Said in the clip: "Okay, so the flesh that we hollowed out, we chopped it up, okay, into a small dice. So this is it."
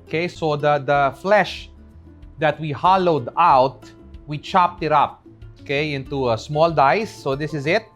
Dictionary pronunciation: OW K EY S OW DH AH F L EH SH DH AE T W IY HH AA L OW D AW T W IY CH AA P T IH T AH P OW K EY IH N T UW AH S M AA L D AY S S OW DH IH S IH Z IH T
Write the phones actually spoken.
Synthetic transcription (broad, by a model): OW K EY S OW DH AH F L EH SH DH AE T W IY HH AA L OW D AW T W IY CH AA P T IH T AH P OW K EY IH N T UW AH S M AA L D AY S S OW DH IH S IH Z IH T